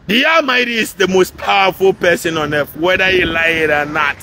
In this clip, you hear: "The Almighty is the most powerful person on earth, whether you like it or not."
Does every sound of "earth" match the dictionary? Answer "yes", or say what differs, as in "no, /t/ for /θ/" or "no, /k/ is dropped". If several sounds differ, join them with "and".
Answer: no, /f/ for /θ/